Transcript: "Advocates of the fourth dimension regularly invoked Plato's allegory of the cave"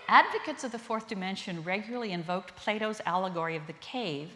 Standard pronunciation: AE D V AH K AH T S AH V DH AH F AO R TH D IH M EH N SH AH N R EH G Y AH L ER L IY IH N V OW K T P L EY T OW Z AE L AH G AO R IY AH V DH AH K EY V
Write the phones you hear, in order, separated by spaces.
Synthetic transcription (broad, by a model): AE D V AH K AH T S AH V DH AH F AO R TH D IH M EH N SH AH N R EH G Y L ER L IY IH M V OW K T P L EY T OW Z AE L AH G AO R IY AH V DH AH K EY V